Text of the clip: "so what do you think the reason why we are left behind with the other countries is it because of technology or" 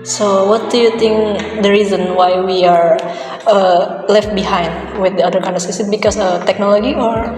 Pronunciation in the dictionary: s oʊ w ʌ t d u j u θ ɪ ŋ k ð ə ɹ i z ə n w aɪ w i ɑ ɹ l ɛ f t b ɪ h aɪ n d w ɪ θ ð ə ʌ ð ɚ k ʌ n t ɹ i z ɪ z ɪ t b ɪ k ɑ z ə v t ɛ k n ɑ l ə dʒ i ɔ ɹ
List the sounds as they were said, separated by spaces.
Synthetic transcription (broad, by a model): s oʊ w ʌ t d u j u t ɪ ŋ k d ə ɹ i z ə n w aɪ w i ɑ ɹ l ɛ f t b ɪ h aɪ n d w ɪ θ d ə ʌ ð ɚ k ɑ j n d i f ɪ s ɪ t b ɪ k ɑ s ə t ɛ k n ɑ l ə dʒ i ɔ ɹ